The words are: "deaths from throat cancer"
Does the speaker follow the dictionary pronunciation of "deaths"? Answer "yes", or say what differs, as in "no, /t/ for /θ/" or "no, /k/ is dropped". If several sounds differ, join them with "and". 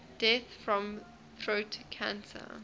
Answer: no, /s/ is dropped